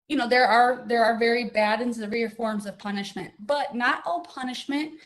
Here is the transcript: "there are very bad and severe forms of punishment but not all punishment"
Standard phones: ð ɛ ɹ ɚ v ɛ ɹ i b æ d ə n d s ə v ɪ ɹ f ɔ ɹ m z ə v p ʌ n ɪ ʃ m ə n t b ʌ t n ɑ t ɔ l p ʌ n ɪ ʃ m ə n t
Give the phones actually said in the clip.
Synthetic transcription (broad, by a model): ð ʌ ɹ ɚ v ɛ ɹ i b æ d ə n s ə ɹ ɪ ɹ f ɔ ɹ m z ə v p ʌ n ɪ ʃ m ə n t b ʌ t n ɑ t ɔ l p ʌ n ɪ ʃ m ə n t